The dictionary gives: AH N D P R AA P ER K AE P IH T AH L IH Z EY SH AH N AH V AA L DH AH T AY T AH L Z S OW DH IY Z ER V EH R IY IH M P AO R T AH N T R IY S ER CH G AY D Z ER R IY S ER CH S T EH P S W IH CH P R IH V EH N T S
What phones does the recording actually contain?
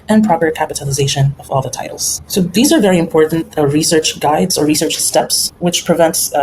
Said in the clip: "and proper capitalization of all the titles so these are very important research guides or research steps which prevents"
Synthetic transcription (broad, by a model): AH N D P R AA P ER K AE P IH T AH L IH Z EY SH AH N AH V AA L DH AH T AY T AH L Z S OW DH IY Z ER V EH R IY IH M P AO R T N T R IY S ER CH G AY D Z ER R IY S ER CH S T EH P S W IH CH P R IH V EH N T S